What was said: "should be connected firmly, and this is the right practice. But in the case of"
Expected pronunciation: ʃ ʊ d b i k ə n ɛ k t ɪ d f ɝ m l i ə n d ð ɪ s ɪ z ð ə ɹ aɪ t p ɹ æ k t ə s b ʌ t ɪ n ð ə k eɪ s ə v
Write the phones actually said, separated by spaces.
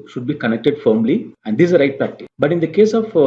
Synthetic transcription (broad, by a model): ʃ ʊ d b i k ə n ɛ k t ɪ d f ɝ m l i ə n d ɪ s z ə ɹ aɪ t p æ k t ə b ʌ t ɪ n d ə k eɪ s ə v